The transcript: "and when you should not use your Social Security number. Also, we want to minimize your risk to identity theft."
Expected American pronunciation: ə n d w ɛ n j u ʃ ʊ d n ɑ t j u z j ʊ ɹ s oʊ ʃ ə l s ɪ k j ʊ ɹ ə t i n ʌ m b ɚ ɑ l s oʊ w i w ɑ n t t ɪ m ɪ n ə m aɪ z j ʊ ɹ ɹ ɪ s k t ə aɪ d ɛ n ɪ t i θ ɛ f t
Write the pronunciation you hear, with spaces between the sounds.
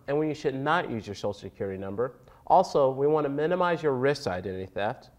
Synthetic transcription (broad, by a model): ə n w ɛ n j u ʃ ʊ d n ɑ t j u z j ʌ ɹ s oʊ ə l s ɪ k j ʊ ɹ ə t i n ʌ m b ɚ ɑ l s oʊ w i w ɑ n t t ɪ m ɪ n ə m aɪ z j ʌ ɹ ɹ ɪ s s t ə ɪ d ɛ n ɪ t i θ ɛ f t